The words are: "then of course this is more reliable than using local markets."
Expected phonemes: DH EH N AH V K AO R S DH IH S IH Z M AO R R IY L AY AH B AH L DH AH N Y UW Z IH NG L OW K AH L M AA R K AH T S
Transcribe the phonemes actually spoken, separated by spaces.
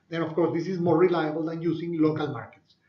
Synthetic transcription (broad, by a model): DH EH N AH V K AO R S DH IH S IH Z M AO R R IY L AY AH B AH L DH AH N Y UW S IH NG L OW K AH L M AA R K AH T S